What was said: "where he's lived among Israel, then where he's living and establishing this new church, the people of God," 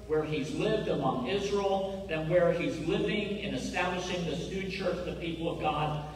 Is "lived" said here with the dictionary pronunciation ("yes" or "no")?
yes